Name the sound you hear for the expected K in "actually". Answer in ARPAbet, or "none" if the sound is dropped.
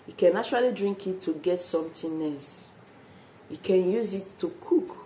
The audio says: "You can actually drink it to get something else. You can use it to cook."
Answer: none